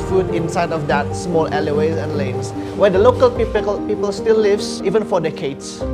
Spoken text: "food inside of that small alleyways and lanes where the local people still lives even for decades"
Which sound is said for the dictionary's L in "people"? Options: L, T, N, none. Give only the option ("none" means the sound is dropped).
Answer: L